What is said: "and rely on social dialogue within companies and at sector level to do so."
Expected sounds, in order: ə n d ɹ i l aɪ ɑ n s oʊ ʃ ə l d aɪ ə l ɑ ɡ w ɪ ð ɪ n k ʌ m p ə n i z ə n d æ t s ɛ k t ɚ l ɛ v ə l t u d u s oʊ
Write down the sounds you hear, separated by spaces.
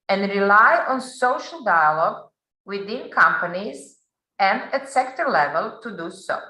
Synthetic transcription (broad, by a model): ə n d ɹ i l aɪ ɑ n s oʊ ʃ ə l d aɪ ə l ɑ ɡ w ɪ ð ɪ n k ʌ m p ə n i z ə n d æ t s ɛ k t ɚ l ɛ v ə l t u d u s oʊ